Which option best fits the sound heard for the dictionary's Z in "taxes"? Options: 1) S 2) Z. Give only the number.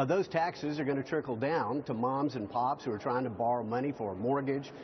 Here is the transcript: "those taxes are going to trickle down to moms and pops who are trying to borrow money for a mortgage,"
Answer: 2